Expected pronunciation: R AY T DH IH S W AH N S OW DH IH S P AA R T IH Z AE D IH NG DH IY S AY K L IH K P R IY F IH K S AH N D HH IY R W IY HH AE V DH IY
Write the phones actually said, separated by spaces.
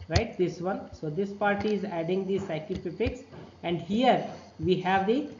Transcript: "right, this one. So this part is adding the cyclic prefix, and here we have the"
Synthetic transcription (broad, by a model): R AY T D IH S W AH N S OW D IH S P AA R T IH Z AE D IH NG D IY S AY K IH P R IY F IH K S AH N D HH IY R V IY HH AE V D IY